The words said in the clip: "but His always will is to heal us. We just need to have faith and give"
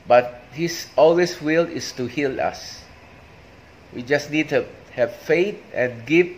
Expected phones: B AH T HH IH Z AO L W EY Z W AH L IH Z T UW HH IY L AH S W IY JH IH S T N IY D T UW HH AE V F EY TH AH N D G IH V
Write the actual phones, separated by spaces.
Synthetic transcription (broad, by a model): B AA T HH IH S AO L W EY S W AH L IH S T UW HH IY L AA S W IY JH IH S N IY D T UW HH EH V F EY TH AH N G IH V